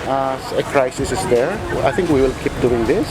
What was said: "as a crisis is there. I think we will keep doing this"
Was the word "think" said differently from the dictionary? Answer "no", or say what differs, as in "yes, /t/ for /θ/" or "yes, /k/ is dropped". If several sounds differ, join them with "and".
yes, /t/ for /θ/